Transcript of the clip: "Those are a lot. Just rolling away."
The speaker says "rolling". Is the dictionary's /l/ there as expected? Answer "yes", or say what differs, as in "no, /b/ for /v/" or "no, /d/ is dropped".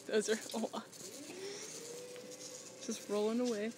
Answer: yes